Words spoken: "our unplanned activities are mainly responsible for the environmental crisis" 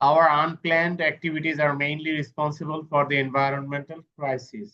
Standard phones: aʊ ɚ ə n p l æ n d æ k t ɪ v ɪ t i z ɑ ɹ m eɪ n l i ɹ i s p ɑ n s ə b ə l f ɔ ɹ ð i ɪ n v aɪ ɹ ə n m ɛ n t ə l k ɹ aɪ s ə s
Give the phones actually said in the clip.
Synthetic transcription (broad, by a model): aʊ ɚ ə n p l æ n d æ k t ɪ v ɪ t i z ɑ ɹ m eɪ n l i ɹ i s p ɑ n s ə b ə l f ɔ ɹ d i ɪ n v aɪ ɹ ə n m ɛ n t ə l k ɹ aɪ s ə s